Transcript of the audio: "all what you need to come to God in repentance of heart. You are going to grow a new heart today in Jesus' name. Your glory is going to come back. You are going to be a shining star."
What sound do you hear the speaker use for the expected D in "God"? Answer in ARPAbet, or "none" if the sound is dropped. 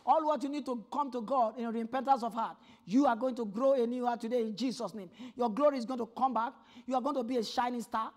D